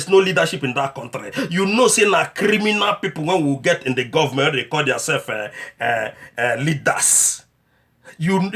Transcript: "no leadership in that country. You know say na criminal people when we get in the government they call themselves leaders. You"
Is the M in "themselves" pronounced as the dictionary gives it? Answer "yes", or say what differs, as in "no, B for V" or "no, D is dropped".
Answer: no, M is dropped